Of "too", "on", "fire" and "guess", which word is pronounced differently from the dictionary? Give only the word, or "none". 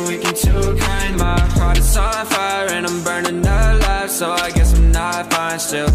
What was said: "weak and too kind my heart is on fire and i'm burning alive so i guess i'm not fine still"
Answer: on